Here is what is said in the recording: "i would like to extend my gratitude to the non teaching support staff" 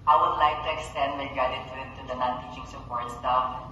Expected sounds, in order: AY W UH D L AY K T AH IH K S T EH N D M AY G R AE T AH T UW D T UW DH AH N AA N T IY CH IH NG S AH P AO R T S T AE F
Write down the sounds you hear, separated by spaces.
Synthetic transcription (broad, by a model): AY W UH D L AY K T AH IH K S T EH N D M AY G AA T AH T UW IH T UW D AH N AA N T IY CH IH NG S AH P AO R T S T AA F